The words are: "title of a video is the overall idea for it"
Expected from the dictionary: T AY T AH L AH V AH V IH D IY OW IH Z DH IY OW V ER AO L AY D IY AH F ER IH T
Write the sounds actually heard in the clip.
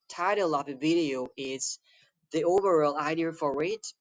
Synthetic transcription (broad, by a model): T AY T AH L AH V AH V IH D IY OW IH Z DH IY OW V ER AO L AY D IY AH F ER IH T